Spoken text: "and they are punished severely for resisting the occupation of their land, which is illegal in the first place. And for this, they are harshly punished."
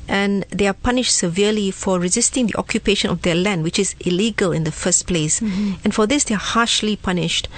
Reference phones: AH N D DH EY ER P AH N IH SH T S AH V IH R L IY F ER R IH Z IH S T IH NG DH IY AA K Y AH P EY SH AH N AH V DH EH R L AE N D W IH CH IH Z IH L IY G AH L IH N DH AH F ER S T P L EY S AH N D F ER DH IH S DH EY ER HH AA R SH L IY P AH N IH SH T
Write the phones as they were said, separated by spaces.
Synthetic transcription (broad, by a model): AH N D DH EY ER P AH N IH SH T S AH V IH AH L IY F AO R IH Z IH S T IH NG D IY AA K Y AH P EY SH AH N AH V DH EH L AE N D W IH CH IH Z IH L IY G AH L IH N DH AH F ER S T P L EY S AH N F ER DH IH S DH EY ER HH AA SH L IY P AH N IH SH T